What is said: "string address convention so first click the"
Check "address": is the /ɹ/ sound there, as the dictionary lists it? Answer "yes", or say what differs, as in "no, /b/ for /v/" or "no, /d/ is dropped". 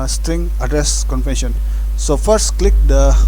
yes